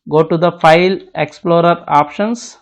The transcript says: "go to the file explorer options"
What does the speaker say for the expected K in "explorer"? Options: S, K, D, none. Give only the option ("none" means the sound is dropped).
K